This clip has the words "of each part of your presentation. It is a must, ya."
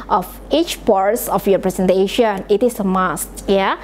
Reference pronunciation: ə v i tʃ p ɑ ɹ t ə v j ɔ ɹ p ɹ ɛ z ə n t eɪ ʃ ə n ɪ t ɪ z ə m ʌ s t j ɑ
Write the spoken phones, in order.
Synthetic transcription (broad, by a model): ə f i tʃ p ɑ ɹ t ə f j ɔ p ɹ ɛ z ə n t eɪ ʃ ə n ɪ t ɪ s ə m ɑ s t j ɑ